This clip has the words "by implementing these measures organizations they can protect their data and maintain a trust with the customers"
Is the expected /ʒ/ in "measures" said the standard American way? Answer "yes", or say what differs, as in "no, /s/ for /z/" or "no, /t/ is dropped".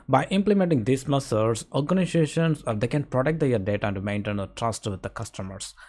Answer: no, /s/ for /ʒ/